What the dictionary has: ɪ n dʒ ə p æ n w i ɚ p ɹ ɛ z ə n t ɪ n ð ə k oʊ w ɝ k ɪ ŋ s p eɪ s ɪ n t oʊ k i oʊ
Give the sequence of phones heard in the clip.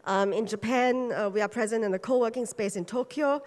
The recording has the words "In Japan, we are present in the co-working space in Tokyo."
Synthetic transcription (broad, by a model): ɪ n dʒ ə p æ n w i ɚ p ɹ ɛ z ə n t ɪ n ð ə k oʊ w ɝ k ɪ ŋ s p eɪ s ɪ n t oʊ k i oʊ